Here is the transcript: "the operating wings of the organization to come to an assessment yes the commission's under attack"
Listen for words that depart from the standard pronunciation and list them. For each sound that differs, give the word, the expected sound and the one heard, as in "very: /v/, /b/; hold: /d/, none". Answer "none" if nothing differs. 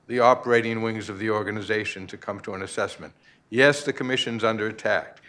none